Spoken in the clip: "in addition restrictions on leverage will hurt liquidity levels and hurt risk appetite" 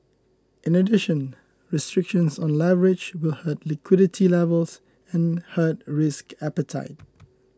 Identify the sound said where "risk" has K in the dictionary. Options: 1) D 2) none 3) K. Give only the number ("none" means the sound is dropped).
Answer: 3